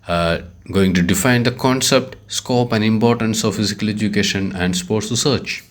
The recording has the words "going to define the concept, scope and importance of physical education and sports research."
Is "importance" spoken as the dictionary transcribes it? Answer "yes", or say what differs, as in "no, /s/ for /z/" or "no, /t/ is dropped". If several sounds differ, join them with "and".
yes